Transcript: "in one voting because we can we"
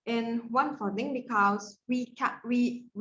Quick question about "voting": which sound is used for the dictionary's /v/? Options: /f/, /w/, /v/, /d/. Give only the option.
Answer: /f/